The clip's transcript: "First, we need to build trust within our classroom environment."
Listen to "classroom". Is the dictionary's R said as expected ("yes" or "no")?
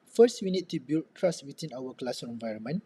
no